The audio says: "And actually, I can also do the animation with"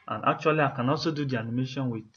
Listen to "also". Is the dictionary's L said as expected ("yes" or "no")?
no